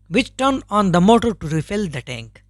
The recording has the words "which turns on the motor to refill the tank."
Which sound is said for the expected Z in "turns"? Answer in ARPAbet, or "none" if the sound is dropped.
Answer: none